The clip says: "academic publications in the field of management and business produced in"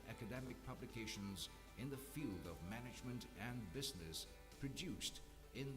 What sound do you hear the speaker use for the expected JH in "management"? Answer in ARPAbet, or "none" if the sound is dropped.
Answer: JH